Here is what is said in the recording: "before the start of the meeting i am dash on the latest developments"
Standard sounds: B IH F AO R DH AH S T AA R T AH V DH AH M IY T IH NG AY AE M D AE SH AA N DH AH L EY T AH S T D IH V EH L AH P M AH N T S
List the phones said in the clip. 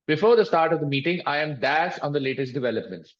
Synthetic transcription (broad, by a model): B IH F AO R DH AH S T AA R T AH V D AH M IY T IH NG AY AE M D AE S AA N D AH L EY T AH S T D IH V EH L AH P M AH N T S